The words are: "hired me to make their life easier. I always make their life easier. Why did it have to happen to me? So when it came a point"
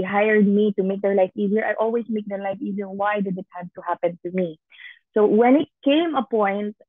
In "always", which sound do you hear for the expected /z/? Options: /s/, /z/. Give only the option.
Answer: /s/